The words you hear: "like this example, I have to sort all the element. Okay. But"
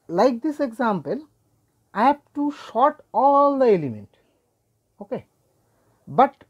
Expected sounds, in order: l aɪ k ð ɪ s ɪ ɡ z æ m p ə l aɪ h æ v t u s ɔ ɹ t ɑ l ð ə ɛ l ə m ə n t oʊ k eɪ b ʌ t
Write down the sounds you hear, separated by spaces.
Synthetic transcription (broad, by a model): l aɪ k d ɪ s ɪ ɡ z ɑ m p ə l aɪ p t u ʃ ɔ t ɑ l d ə ɛ l ə m ə n t oʊ k eɪ b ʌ t